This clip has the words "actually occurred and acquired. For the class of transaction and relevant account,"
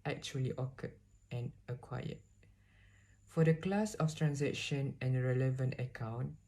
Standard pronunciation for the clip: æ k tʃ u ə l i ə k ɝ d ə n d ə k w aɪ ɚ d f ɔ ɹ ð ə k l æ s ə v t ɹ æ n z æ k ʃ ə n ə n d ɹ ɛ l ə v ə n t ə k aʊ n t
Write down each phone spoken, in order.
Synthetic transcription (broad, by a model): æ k tʃ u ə l i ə k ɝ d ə n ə k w aɪ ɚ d f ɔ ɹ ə k l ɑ s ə f t ɹ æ n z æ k ʃ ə n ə n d ɹ ɛ l ə v ə n t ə k aʊ n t